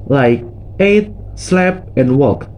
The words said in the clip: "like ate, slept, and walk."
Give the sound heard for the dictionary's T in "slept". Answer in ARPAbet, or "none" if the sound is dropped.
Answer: none